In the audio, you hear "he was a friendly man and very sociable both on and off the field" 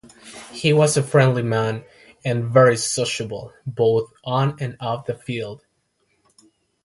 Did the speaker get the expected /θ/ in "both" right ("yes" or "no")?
yes